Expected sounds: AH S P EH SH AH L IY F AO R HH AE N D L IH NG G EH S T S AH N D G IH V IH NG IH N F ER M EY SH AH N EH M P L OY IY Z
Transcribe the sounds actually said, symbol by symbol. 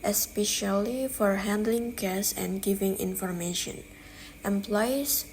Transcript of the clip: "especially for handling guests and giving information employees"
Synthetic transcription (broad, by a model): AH S P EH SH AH L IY F AO R HH AE N D L IH NG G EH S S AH N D G IH V IH NG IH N F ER M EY SH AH N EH M P L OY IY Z